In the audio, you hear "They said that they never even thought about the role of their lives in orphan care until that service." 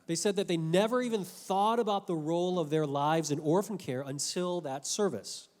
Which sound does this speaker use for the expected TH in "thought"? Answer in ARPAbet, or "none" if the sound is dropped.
TH